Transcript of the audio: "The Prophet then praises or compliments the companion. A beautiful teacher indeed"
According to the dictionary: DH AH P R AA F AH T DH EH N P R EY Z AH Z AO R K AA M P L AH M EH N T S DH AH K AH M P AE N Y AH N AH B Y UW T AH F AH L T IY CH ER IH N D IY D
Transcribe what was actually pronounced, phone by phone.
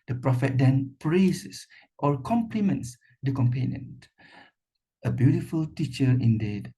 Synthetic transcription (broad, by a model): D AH P R AA F AH T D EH N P R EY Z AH S AO R K AA M P L AH M EH N T S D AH K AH M P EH N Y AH N AH B Y UW T AH F AH L T IY CH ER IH N D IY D